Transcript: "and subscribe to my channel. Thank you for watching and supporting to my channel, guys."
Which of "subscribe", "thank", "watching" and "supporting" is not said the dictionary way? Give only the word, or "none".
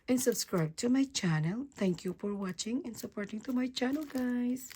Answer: thank